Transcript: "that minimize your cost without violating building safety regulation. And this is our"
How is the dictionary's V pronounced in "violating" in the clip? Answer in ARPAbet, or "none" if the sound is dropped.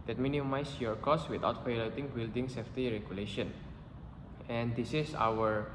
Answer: P